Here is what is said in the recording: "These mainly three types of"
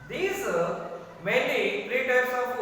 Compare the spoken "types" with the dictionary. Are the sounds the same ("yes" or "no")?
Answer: no